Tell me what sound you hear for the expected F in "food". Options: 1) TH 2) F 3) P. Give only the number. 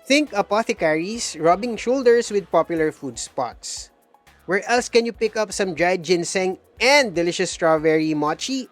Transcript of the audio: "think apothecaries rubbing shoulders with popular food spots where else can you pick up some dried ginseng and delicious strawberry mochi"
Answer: 2